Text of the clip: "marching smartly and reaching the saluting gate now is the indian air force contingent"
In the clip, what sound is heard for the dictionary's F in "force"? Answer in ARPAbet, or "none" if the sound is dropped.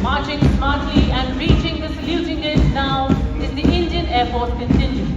P